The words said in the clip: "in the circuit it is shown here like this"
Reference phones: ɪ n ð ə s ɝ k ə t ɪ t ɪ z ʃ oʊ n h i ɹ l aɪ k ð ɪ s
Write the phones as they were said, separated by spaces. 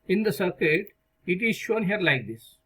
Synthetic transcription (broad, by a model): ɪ n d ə s ɝ k ə t ɪ t ɪ z ʃ oʊ n h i ɹ l aɪ k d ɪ s